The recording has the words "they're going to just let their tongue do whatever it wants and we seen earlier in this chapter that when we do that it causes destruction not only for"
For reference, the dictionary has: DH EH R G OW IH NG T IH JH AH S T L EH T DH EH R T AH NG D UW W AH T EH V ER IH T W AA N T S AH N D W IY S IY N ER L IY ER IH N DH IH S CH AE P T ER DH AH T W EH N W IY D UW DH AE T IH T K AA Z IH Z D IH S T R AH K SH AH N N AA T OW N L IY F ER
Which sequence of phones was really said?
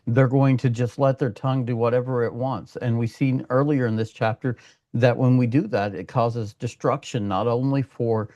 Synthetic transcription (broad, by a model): DH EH R G OW IH NG T IH JH AH S T L EH T DH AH R T AH NG D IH W AH T EH V ER IH T W AA N T S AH N W IY S IY N ER L IY ER IH N DH IH S CH AE P T ER DH AH T W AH N W IY D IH DH AE T IH T K AA Z IH Z D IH S T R AH K SH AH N N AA T OW N L IY F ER